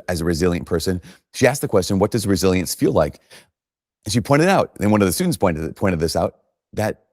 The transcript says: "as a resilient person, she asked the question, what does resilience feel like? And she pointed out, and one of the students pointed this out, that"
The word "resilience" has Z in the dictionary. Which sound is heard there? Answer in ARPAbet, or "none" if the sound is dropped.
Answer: Z